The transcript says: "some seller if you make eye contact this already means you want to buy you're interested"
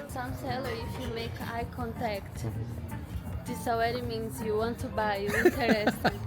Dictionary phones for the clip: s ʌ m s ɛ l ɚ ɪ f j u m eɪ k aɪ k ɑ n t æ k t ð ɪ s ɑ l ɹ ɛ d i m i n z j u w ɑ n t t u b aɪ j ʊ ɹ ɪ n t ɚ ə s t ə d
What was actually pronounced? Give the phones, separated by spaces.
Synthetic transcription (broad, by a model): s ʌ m s ɛ l ɚ ɪ f j u m eɪ k aɪ k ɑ n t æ k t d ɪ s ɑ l ɛ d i m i n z j u w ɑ n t t u b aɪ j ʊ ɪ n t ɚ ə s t